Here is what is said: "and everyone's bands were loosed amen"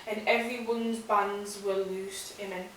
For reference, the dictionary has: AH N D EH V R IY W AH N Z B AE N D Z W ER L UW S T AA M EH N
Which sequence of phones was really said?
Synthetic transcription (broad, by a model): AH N EH V R IY W AH N Z B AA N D Z W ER L UW S T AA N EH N